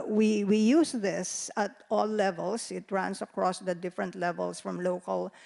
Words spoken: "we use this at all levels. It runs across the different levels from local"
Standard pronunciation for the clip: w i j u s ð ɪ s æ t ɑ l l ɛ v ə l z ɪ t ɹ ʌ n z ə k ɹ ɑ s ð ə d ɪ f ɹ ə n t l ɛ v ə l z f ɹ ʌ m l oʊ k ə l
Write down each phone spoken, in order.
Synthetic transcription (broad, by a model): w i j u s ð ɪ s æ t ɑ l l ɛ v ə l s ɪ t ɹ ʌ n s ə k ɹ ɑ s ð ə d ɪ f ɹ ə n t l ɛ v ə l s f ɹ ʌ m l oʊ k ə l